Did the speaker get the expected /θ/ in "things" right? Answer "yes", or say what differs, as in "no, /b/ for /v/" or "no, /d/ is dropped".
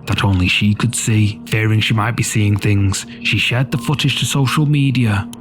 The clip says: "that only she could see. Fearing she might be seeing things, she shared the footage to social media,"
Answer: yes